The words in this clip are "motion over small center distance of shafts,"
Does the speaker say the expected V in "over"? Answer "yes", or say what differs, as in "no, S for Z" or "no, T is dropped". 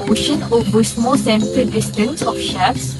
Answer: no, B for V